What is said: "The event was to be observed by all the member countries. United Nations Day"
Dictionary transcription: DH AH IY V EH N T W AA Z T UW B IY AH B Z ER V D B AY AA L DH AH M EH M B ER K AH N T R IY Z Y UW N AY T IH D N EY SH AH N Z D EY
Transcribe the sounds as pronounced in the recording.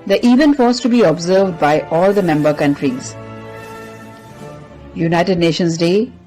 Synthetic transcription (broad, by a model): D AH IY V EH N T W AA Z T UW B IY AH B Z ER V D B AY AA L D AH M EH M B ER K AH N T R IY Z Y UW N AY T IH D N EY SH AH N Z D EY